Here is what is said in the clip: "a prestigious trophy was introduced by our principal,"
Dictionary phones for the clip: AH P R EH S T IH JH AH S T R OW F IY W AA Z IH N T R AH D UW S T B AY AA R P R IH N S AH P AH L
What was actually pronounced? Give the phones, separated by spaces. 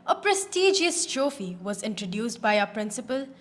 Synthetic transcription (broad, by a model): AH P R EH S T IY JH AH S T OW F IY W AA Z IH N T R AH D UW S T B AY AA P R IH N S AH P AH L